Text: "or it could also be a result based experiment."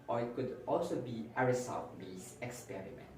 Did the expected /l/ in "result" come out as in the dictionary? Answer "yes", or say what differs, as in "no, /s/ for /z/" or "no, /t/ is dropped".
no, /l/ is dropped